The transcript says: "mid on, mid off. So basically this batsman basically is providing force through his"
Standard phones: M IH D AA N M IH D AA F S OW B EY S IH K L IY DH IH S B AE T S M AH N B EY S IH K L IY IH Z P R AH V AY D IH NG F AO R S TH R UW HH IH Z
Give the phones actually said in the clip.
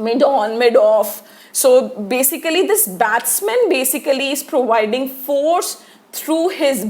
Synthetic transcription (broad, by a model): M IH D AA N M IH D AA F S OW B EY S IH K L IY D IH S B AE T S M AH N B EY S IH K L IY IH Z P R AH V AY D IH NG F AO R S T R UW HH IH Z